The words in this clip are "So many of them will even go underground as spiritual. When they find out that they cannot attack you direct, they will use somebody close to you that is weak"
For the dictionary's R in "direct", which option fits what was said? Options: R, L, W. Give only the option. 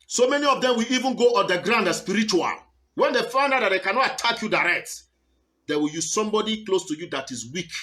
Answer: R